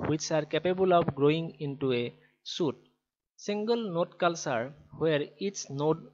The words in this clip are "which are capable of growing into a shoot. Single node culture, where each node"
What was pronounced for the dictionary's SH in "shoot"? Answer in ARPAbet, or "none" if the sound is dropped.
S